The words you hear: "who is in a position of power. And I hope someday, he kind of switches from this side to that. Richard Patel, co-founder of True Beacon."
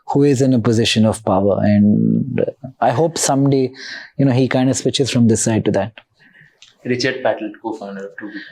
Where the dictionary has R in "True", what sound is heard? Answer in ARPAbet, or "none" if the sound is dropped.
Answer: none